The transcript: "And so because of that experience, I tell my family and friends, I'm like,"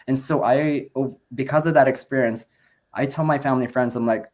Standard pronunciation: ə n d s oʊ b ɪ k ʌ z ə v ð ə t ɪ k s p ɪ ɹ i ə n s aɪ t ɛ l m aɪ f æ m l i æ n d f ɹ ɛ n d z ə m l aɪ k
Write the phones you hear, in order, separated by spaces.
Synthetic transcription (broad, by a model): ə n s oʊ b ɪ k ʌ z ə v ð ə t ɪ k s p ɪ ɹ i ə n s aɪ t ɛ l m aɪ f æ m l i f ɹ ɛ n d z ə m l aɪ k